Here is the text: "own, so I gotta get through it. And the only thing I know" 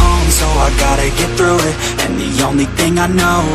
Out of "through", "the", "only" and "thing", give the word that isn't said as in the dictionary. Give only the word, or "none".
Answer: none